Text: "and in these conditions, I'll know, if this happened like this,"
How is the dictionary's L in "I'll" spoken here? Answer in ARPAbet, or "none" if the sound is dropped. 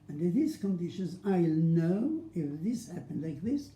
L